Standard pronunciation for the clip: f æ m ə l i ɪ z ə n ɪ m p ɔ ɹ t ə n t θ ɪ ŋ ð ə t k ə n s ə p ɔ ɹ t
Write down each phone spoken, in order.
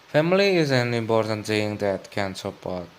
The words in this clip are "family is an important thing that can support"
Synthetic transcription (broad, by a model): f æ m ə l i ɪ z ə n ɪ m p ɔ ɹ t ə n t s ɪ ŋ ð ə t k ə n s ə p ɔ ɹ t